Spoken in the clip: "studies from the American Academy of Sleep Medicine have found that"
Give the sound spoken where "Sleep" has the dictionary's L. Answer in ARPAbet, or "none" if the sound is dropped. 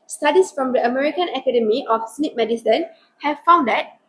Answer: N